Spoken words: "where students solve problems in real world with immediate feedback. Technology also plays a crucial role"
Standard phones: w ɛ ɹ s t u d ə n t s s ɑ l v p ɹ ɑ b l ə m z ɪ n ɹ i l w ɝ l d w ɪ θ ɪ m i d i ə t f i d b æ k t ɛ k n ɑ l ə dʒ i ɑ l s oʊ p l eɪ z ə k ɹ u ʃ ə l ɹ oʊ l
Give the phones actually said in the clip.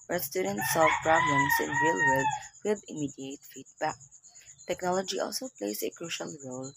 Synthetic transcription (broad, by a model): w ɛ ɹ s t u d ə n t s s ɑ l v p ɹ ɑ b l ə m s ɪ n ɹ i l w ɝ d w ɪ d ɪ m i d i ə t f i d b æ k t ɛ k n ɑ l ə dʒ i ɑ l s oʊ p l eɪ s ə k ɹ u ʃ ə l ɹ oʊ l